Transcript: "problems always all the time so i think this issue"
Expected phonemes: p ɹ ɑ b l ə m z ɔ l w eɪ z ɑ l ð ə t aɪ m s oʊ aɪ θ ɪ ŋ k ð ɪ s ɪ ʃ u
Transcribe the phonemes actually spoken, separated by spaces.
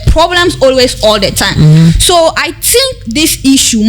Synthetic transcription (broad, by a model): p ɹ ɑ b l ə m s ɔ l w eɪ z ɑ l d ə t aɪ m s oʊ aɪ t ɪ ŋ k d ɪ s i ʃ u